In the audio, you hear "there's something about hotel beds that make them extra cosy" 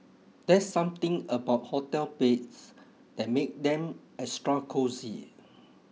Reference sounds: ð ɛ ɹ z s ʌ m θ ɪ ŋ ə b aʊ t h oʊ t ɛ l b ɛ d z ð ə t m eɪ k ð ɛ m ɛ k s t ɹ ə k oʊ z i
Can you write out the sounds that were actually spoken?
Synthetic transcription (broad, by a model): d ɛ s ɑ m t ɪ ŋ ə b aʊ t h oʊ t ɛ l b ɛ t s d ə t m eɪ k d ɛ m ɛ s t ɹ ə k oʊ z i